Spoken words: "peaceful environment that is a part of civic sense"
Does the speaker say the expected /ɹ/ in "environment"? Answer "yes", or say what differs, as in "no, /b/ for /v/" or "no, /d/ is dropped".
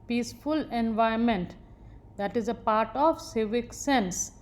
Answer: no, /ɹ/ is dropped